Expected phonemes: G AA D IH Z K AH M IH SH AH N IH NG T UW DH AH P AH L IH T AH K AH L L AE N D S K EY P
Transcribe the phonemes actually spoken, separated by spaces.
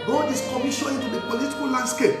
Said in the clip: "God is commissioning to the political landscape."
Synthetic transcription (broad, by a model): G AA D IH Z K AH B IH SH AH IH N T UW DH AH P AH L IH T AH K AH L L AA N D S K EY P